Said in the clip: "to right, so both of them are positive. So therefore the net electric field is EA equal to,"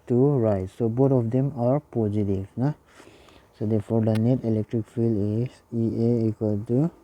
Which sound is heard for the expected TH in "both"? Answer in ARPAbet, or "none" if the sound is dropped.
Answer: T